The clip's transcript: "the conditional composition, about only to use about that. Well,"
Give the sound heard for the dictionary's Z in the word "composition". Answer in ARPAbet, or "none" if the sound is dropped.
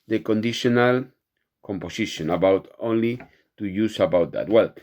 S